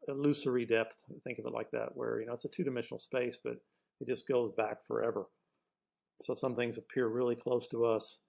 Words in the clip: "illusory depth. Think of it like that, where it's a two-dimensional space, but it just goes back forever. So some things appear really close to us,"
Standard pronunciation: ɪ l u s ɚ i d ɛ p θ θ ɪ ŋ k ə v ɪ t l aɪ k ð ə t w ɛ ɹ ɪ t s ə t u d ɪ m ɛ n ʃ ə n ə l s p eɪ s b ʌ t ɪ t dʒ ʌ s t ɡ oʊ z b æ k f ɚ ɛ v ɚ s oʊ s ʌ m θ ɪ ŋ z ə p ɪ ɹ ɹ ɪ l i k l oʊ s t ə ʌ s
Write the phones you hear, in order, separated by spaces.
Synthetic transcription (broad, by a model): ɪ l u s ɚ i d ɛ p θ θ ɪ ŋ k ə v ɪ t l aɪ k ð ə t w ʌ ɹ ɪ t s ə t u d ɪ m ɛ n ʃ n l s p eɪ s b ʌ t ɪ t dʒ ʌ s ɡ oʊ z b æ k f ɚ ɛ v ɚ s oʊ s ʌ m θ ɪ ŋ z ə p ɪ ɹ ɹ ɪ l i k l oʊ s t ə ʌ s